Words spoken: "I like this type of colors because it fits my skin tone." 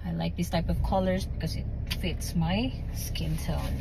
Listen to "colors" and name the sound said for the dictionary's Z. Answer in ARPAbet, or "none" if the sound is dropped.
Z